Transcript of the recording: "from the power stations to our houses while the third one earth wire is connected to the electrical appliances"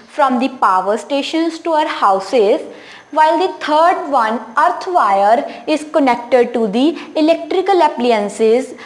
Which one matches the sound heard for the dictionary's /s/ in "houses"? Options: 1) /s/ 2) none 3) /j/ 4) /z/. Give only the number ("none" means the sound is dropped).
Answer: 1